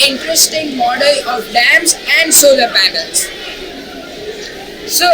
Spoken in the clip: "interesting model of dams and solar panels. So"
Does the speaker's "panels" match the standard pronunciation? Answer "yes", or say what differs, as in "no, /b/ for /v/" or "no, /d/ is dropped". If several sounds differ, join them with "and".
no, /b/ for /p/